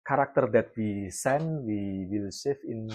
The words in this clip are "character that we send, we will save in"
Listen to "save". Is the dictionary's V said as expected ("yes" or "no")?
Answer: no